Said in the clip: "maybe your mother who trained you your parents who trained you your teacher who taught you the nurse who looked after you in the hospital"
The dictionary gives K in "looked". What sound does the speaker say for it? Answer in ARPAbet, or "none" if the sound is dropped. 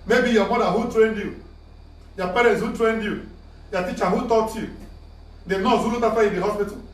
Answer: none